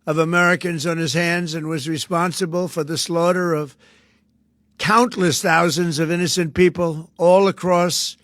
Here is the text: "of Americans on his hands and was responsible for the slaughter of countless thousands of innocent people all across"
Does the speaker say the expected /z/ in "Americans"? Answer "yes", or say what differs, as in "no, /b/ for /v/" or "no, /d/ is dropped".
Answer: yes